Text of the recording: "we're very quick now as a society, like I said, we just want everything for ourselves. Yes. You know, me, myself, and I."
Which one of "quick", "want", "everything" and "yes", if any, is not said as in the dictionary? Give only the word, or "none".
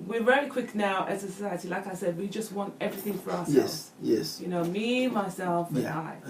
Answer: none